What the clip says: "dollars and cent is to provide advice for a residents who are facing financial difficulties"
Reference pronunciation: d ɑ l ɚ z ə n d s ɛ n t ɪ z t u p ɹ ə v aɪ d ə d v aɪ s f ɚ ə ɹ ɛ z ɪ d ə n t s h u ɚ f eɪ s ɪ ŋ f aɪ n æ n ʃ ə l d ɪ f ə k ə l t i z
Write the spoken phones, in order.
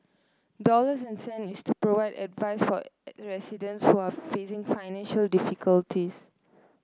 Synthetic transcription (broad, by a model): d ɑ l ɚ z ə n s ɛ n ɪ s t u p ɹ ə v aɪ d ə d v aɪ s f ə ɹ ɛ s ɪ d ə n t s h u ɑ f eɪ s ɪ ŋ f aɪ n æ n ʃ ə l d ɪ f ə k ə l t i s